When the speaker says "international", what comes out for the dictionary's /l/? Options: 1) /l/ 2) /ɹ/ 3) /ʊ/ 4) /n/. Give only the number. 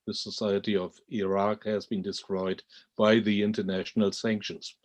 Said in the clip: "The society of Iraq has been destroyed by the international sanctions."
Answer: 1